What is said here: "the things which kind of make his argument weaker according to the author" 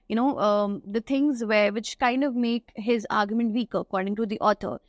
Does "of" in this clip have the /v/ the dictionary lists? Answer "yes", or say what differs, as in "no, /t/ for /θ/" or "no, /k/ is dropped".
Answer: yes